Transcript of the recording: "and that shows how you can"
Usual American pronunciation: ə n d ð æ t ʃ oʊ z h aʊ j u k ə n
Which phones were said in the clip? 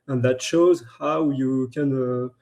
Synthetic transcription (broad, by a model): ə n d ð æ t ʃ oʊ z h aʊ j u k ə n